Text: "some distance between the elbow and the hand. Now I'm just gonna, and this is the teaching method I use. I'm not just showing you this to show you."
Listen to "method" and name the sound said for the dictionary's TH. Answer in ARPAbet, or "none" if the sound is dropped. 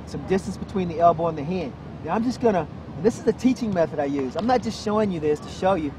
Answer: TH